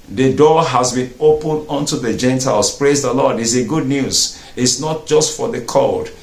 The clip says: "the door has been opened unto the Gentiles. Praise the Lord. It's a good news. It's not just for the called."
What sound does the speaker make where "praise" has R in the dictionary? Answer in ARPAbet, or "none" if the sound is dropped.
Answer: R